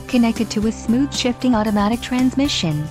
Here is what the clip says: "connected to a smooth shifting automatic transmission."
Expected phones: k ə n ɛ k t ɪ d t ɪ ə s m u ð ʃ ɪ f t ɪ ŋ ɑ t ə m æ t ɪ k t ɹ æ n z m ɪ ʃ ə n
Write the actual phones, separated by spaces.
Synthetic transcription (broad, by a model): k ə n ɛ k t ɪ d t ɪ ə s m u ð ʃ ɪ f t ɪ ŋ ɑ t ə m æ t ɪ k t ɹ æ n z m ɪ ʃ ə n